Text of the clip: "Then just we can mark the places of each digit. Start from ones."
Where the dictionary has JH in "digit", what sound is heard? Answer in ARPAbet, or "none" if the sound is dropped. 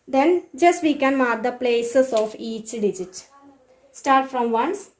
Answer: JH